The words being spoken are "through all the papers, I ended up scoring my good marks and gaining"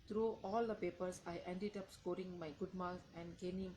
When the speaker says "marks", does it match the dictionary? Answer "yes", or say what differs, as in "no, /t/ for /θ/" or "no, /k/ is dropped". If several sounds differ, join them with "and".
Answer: no, /s/ is dropped